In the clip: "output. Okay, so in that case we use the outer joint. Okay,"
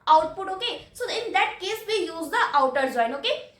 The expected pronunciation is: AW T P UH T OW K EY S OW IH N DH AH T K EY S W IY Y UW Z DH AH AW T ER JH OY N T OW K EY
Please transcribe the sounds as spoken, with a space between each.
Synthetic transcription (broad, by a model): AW T P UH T OW K EY S OW IH N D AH T K EY S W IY Y UW Z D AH AW T ER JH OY N OW K EY